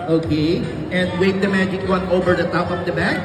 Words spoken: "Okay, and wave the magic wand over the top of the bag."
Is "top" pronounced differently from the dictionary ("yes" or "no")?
yes